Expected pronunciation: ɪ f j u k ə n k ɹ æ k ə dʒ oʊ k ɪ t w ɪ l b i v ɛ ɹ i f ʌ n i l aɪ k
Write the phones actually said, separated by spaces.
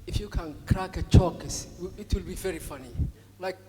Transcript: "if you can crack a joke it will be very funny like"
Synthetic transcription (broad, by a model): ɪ f j u k ə n k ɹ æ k ə tʃ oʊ k ɪ t w ɪ l b i v ɛ ɹ i f ʌ n i l aɪ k